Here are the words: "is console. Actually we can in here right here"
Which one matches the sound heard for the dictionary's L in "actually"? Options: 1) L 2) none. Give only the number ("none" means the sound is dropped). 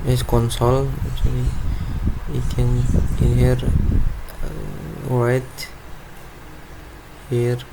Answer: 2